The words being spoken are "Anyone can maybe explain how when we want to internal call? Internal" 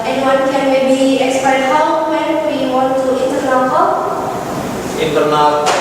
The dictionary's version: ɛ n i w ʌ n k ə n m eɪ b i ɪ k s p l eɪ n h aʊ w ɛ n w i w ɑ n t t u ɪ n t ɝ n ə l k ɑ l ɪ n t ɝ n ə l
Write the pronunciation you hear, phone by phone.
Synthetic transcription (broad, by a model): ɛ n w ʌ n k ə n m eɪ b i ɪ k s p eɪ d h aʊ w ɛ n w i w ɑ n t t u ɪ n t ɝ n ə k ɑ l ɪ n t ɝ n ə